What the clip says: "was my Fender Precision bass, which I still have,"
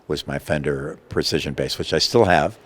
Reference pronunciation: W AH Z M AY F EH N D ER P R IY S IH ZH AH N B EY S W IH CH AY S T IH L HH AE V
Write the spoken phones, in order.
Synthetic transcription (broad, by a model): W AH Z M AY F EH N D ER P R IY S IH ZH AH N B EY S W IH CH AY S T IH L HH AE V